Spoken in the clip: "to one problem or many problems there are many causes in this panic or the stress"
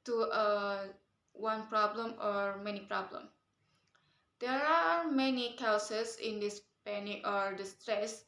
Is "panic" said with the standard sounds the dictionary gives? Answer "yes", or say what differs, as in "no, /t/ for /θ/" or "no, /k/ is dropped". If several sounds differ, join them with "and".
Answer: no, /k/ is dropped